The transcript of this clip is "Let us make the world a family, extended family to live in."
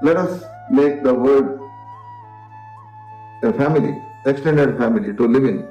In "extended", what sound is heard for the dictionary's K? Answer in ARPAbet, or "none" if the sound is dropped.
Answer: K